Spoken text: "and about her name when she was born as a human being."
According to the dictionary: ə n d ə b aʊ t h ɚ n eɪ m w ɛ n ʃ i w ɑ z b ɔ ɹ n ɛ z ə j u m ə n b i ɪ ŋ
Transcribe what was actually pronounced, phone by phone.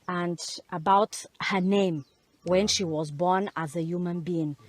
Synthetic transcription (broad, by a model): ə n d ə b aʊ t h ɚ n eɪ m w ɛ n ʃ i w ɑ z b ɔ ɹ n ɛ z ə j u m ə n b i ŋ